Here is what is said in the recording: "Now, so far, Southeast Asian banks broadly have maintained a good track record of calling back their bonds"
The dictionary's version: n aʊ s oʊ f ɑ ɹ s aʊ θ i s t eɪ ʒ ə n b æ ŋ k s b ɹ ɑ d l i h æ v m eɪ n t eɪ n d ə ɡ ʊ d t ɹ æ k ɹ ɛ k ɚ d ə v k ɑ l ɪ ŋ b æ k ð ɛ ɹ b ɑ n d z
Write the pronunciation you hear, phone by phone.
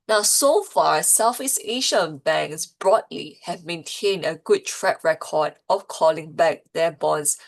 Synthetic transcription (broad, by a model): n aʊ s oʊ f ɑ ɹ s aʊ f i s eɪ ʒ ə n b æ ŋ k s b ɹ ɑ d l i h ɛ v m eɪ n t eɪ n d ə ɡ ʊ d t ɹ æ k ɹ ɛ k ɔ d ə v k ɑ l ɪ ŋ b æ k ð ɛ b ɑ n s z